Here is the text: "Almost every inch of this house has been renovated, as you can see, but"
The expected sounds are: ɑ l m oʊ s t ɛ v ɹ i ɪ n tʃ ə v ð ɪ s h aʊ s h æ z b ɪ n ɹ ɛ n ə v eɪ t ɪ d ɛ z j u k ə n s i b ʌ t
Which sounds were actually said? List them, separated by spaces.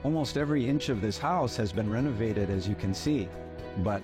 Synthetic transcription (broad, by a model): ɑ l m oʊ s t ɛ v ɹ i ɪ n tʃ ə v ð ɪ s h aʊ s h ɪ z b ɪ n ɹ ɛ n ə v eɪ t ɪ d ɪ z j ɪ k ə n s i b ʌ t